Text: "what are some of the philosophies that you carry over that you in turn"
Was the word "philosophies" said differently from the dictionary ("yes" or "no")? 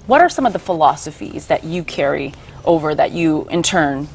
no